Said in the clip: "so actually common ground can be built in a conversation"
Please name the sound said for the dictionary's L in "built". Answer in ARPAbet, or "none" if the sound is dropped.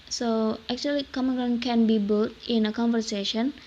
none